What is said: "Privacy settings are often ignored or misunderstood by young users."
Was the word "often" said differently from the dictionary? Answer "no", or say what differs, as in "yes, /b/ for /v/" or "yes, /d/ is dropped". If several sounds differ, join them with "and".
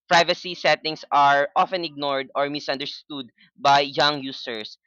no